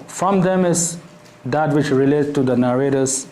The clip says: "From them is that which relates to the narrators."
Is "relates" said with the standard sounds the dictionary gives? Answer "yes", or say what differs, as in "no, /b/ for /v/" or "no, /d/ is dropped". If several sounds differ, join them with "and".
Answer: no, /s/ is dropped